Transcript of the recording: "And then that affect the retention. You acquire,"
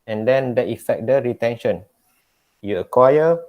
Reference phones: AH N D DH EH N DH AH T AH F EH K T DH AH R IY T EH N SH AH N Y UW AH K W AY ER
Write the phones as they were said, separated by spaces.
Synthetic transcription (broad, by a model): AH N D EH N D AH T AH F EH K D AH R IY T EH N SH AH N Y UW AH K W AY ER